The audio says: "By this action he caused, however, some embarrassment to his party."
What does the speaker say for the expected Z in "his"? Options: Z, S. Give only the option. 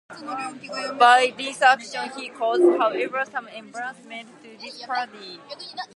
S